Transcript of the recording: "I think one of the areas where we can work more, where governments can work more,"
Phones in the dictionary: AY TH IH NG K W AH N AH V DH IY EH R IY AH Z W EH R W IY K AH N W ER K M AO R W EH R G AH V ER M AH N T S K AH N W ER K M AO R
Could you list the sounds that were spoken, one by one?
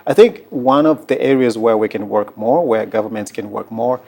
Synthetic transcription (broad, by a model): AY TH IH NG K W AH N AH V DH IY EH R IY AH Z W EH R W IY K AH N W ER K M AO R W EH R G AH V ER M AH N T S K AH N W ER K M AO R